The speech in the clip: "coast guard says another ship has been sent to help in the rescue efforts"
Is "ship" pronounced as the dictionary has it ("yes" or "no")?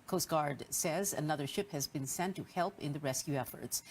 yes